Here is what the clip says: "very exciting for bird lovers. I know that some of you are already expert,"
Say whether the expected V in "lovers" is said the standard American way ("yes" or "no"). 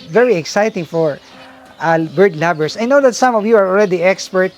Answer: no